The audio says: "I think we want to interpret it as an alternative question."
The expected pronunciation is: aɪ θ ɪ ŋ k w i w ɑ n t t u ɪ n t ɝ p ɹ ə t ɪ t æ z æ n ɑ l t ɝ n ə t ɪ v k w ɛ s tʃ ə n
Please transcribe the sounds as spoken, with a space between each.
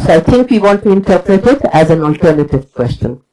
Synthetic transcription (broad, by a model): aɪ t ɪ ŋ k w i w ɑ n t t u ɪ n t ɝ p ɹ ə t ɪ t æ z æ n ɑ l t ɝ n ə t ɪ v k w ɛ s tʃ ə n